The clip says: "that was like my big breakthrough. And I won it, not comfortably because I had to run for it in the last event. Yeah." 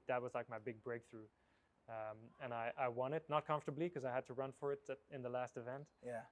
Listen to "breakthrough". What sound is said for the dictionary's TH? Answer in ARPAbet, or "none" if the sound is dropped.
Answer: TH